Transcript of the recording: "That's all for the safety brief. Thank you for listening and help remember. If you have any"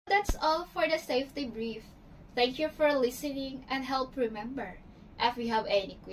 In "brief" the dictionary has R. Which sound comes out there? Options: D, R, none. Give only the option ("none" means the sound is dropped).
R